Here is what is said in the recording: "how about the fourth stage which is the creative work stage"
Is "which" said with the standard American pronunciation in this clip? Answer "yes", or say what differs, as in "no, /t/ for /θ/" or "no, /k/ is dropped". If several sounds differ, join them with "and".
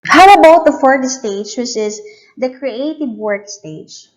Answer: no, /s/ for /tʃ/